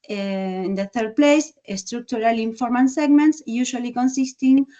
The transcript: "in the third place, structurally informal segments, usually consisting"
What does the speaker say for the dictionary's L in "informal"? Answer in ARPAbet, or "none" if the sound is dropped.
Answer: N